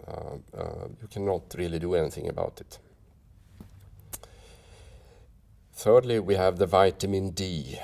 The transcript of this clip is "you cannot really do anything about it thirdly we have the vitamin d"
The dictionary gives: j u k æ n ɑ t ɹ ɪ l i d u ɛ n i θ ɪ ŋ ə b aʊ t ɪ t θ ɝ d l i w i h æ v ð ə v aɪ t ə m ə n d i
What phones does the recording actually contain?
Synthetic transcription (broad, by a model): j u k æ n ɑ t ɹ ɪ l i d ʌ ɛ n i θ ɪ ŋ ə b aʊ t ɪ t θ ɝ d l i w i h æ v ð ə v aɪ t ə m ə n d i